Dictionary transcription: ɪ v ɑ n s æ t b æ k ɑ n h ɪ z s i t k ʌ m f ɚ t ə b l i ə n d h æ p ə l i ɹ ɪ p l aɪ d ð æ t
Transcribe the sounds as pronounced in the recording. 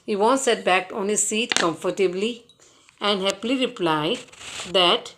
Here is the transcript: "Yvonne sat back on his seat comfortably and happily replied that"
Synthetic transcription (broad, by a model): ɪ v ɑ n s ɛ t b æ k ɑ n h ɪ z s i t k ʌ m f ɚ t ə b l i ə n d h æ p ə l i ɹ ɪ p l aɪ d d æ t